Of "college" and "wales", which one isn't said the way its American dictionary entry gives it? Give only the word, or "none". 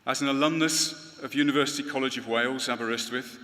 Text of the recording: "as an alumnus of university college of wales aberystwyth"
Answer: none